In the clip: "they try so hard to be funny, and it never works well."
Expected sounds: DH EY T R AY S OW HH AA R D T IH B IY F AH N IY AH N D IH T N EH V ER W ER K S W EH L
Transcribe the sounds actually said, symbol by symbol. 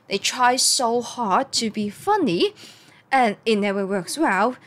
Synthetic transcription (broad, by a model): DH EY T R AY S OW HH AA R D T IH B IY F AH N IY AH N IH T N EH V ER W ER K S W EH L